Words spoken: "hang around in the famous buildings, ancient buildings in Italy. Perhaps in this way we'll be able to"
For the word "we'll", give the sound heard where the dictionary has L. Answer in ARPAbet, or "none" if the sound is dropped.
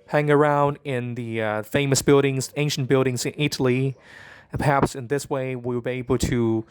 W